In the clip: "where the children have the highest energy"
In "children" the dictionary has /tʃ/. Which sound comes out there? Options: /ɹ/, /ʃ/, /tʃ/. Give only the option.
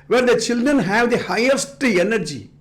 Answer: /tʃ/